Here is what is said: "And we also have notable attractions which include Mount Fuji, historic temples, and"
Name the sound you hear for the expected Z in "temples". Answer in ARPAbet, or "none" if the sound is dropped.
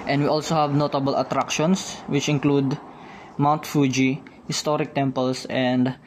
S